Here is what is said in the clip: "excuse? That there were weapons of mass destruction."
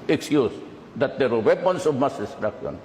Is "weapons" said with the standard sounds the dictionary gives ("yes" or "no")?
no